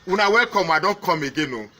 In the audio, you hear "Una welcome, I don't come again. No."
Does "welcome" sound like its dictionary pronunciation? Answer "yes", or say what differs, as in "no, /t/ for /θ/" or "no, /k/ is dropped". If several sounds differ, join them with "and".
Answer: no, /l/ is dropped